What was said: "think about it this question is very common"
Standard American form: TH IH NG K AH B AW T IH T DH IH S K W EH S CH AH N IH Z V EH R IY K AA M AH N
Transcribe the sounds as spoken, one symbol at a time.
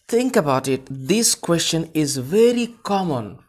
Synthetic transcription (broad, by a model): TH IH NG K AH B AW T IH T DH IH S K W EH S CH AH N IH Z V EH R IY K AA M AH N